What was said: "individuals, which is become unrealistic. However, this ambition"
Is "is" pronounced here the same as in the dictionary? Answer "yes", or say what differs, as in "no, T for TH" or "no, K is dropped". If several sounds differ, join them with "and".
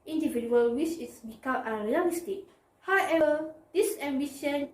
no, S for Z